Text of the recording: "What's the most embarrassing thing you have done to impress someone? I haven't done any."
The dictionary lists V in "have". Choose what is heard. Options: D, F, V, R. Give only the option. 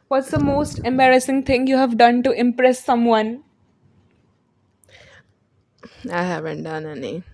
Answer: V